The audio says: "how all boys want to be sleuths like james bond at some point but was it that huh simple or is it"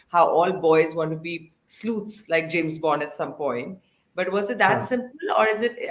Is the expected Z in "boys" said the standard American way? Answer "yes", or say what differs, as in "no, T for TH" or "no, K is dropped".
yes